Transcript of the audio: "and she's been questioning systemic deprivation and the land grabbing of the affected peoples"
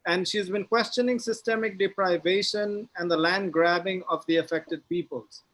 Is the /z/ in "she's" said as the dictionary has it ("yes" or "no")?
yes